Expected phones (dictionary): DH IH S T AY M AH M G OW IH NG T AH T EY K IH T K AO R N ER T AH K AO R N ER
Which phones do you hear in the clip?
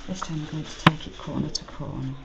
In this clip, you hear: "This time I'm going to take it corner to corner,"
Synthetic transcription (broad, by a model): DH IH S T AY AH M G OW IH NG T AH T EY K IH T K AO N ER T AH K AO N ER